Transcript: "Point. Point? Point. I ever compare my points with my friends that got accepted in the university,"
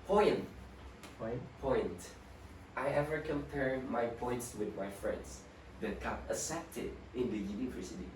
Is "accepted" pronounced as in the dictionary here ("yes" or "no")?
no